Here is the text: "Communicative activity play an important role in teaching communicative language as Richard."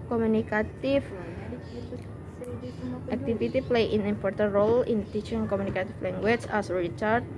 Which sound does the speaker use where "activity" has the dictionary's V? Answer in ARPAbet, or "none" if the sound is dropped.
F